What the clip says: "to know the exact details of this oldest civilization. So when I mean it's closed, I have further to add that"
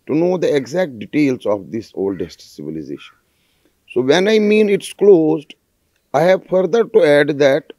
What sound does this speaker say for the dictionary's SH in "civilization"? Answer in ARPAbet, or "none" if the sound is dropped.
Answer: SH